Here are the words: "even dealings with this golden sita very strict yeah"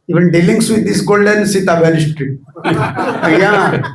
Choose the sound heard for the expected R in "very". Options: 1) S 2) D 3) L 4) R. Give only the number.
3